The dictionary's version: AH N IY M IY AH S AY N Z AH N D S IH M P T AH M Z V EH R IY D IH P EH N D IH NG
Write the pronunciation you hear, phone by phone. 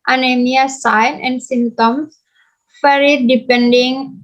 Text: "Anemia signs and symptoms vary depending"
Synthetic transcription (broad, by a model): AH N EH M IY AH S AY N AH N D S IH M T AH M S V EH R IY D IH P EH N D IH NG